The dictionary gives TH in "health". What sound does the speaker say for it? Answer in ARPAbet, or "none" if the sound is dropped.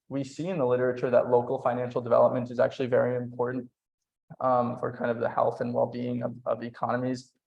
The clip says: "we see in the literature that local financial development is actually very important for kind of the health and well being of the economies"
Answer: TH